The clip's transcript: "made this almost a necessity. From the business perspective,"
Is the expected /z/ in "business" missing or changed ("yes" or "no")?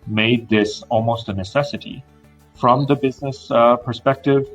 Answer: no